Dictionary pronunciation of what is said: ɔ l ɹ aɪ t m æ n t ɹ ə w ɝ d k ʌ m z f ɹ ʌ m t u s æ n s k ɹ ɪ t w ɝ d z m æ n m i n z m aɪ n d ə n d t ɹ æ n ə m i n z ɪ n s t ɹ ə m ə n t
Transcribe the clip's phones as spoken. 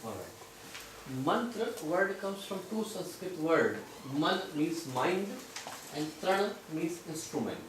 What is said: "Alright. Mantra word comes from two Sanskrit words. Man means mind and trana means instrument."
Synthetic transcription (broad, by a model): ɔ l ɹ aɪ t m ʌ n t ɹ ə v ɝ d k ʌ m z f ɹ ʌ m t u s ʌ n s k ɹ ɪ t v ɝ d m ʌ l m i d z m aɪ n d ə n d t ɹ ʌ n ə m i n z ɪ n s t ɹ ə m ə n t